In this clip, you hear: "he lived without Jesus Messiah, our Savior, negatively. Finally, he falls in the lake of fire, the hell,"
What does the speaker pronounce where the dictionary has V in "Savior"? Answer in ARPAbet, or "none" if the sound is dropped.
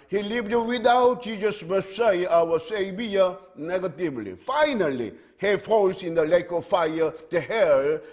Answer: B